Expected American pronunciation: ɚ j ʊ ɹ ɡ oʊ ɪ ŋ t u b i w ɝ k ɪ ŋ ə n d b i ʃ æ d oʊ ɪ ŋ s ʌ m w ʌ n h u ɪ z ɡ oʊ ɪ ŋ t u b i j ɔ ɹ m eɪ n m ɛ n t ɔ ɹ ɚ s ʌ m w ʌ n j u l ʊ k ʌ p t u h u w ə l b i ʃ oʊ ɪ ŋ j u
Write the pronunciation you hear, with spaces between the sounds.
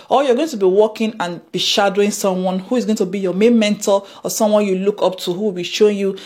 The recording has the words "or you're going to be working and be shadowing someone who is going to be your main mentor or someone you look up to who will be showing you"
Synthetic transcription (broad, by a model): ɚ j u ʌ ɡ oʊ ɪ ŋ t u b i w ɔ k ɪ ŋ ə n b i ʃ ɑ d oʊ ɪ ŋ s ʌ m w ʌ n h u ɪ z ɡ oʊ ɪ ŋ t u b i j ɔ m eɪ m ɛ n t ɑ l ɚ s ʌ m w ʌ n j u l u k ʌ p t u h u w ə l b i ʃ oʊ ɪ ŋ j u